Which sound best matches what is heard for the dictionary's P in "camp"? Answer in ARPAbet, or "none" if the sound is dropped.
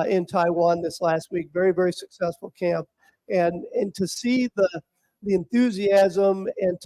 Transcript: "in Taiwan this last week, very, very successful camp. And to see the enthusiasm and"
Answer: P